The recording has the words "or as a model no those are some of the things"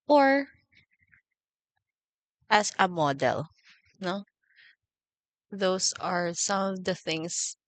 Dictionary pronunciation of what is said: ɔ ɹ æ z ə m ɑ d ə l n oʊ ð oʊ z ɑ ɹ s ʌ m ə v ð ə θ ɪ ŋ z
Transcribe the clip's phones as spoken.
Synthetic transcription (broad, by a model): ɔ ɹ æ s ə m ɑ d ə l n oʊ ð oʊ s ɑ ɹ s ʌ m ə v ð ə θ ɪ ŋ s